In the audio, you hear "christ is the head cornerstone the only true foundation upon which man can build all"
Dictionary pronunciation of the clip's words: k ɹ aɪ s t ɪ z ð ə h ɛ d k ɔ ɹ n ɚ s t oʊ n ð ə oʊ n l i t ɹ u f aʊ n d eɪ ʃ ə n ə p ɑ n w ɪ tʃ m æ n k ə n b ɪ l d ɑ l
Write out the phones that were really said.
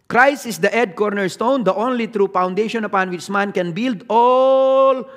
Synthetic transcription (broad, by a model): k ɹ aɪ s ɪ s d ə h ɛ d k ɔ ɹ n ɚ s t oʊ n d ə oʊ n l i t ɹ u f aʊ n d eɪ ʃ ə n ə p ɑ n w ɪ tʃ m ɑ n k ə n b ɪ l d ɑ l